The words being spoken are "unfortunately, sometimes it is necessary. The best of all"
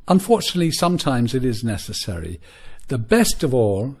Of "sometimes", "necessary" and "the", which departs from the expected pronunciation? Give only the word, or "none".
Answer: none